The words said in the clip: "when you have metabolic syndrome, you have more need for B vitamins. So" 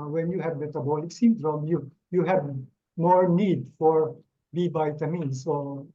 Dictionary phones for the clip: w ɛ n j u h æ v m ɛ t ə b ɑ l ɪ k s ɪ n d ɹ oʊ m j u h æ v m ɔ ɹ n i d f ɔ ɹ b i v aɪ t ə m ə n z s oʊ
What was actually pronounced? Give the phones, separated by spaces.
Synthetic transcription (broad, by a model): w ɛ n j u h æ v m ɛ t ə b ɑ l ɪ k s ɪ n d ɹ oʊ m j u h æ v m ɔ ɹ n i d f ɔ ɹ b i b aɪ t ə m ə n s oʊ